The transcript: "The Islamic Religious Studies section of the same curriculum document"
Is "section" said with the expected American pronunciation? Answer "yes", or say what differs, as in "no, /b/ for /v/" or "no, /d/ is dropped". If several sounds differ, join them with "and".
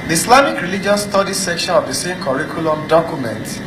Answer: yes